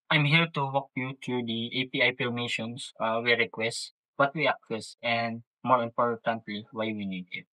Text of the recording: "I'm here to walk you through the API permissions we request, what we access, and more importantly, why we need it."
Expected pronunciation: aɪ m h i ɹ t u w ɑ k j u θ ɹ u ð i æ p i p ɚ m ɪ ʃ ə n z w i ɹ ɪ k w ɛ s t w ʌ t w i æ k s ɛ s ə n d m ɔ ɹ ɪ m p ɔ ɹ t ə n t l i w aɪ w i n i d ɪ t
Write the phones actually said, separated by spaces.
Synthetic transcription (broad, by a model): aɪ m h i ɹ t u w ɑ k j u t ɹ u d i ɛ p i p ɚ m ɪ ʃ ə n s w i ɹ ɪ k w ɛ s t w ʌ t w i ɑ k ɛ s ə n d m ɔ ɹ ɪ m p ɔ ɹ t ə n t l i w aɪ w i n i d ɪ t